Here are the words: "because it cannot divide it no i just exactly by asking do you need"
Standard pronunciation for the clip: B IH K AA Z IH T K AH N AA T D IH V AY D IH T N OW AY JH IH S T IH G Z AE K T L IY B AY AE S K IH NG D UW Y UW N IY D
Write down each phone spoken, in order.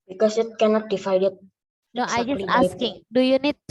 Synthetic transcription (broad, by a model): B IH K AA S IH T K AH N AA T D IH F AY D IH T N OW AY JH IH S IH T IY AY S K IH NG D UW Y UW N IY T